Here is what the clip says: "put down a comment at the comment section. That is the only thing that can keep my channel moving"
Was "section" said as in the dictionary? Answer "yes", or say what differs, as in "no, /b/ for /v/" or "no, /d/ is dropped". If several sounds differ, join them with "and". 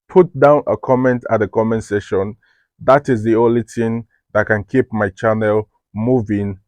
no, /k/ is dropped